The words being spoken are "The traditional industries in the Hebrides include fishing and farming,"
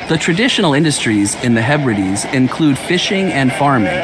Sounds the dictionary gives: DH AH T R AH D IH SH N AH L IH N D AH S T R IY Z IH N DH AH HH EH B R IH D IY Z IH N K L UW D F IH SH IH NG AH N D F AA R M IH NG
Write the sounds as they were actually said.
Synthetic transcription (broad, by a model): DH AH T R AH D IH SH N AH L IH N D AH S T R IY Z IH N DH AH HH EH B R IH D IY Z IH N K L UW D F IH SH IH NG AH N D F AA R M IH NG